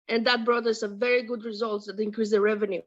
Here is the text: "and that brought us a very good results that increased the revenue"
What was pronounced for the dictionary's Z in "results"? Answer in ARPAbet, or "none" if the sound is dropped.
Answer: Z